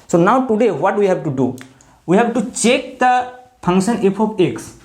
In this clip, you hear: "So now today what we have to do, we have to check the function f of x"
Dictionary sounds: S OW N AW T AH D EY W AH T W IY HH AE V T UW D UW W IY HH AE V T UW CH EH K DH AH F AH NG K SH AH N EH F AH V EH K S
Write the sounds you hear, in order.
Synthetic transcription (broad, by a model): S OW N AW T AH D EY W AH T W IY HH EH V T UW D UW W IY HH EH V T UW CH EH K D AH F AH NG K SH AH N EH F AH P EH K S